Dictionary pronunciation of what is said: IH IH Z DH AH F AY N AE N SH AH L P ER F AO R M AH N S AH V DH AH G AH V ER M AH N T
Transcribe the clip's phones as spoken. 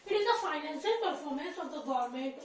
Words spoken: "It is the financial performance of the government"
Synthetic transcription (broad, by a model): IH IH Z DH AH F AY N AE N S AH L P ER F AO R M AH N S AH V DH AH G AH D M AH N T